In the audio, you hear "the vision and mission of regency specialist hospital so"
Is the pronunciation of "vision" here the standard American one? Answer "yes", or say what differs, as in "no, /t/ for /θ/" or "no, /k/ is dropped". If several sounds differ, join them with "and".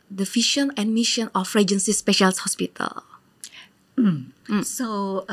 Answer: no, /f/ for /v/ and /ʃ/ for /ʒ/